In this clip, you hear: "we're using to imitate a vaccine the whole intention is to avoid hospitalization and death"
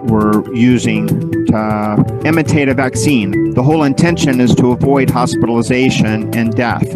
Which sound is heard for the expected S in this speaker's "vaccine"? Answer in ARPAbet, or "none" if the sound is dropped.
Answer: S